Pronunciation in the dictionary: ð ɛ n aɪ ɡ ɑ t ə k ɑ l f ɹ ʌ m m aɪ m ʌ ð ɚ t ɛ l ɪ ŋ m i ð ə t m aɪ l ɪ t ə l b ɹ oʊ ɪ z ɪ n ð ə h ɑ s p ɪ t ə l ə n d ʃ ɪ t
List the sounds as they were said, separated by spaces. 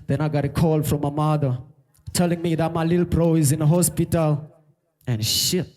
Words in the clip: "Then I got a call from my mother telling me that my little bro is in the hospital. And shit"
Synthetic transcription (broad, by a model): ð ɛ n aɪ ɡ ɑ t ə k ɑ l f ɹ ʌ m m aɪ m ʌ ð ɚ t ɛ l ɪ ŋ m i ð ə t m aɪ l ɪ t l b ɹ oʊ ɪ z ɪ n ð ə h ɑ s p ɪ t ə l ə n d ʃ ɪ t